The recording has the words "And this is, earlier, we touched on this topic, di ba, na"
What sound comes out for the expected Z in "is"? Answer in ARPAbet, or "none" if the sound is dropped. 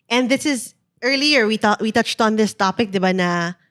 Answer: Z